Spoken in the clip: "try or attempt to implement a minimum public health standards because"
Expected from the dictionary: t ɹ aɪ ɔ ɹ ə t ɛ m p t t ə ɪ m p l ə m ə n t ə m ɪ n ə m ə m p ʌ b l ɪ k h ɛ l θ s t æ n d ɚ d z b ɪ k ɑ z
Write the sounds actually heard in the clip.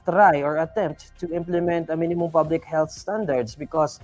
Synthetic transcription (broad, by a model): t ɹ aɪ ɔ ɹ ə t ɛ m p t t ɪ m p l ə m ə n t ə m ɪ n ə m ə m p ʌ b l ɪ k h ɛ l θ s t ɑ n d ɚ d s b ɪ k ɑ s